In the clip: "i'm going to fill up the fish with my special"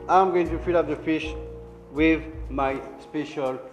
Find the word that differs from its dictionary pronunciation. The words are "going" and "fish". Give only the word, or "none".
none